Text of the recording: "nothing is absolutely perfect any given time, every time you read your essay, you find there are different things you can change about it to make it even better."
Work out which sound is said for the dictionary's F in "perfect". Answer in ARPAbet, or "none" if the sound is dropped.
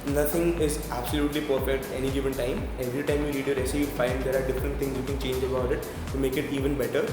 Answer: P